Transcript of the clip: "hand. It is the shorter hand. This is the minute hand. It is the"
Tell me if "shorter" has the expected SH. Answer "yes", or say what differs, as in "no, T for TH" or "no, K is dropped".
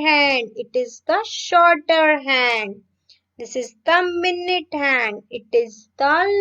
yes